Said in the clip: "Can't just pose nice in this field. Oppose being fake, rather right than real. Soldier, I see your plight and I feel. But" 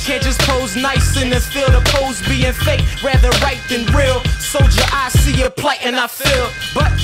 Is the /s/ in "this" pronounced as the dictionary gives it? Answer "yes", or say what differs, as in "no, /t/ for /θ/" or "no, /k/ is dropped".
no, /s/ is dropped